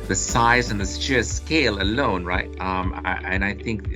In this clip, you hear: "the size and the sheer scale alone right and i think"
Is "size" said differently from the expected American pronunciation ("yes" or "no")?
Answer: no